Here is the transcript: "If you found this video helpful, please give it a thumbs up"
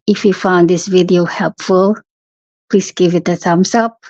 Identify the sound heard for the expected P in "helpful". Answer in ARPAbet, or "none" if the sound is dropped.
P